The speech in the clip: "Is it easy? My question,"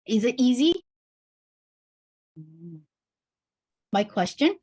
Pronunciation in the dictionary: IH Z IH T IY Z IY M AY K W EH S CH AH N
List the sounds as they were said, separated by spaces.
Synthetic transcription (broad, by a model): IH Z IH T IY Z IY M AY K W EH S CH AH N